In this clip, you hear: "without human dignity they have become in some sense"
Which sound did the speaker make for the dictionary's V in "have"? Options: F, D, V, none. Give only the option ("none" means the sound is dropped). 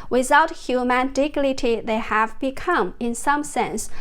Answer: V